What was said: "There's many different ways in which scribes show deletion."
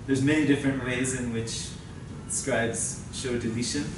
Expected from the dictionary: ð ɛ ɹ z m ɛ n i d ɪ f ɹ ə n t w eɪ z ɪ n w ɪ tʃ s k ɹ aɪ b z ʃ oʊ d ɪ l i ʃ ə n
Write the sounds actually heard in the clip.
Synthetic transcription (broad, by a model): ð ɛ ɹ z m ɛ n i d ɪ f ɹ ə n t w eɪ z ɪ n w ɪ tʃ s k ɹ aɪ b z ʃ oʊ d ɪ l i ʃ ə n